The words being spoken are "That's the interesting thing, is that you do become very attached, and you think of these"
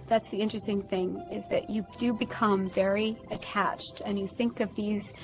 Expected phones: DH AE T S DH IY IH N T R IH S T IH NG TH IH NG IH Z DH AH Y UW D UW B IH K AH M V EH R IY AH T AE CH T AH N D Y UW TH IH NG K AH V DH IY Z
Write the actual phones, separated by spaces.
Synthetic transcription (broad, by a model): DH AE T S DH IY IH N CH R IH S T IH NG TH IH NG IH Z DH AH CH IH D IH B IH K AH M V EH R IY AH T AE CH T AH N Y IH TH IH NG K AH V DH IY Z